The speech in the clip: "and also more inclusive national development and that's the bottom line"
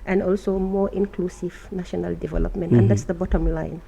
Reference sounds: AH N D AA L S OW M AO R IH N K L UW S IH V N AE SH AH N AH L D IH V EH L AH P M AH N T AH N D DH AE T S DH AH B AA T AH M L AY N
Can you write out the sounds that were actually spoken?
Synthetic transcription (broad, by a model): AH N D AA L S OW M AO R IH N K L UW S IH V N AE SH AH N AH L D IH V EH L AH P M AH N T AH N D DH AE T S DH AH B AA T AH M L AY N